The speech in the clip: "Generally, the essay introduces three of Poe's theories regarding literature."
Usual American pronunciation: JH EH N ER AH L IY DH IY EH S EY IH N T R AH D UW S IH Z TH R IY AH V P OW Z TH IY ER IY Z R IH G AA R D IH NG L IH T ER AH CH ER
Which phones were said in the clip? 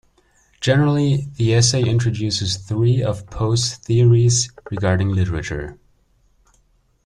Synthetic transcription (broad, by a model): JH EH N ER L IY DH IY EH S EY IH N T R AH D UW S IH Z TH R IY AH V P OW S TH IY ER IY Z R IH G AA R D IH NG L IH T ER AH CH ER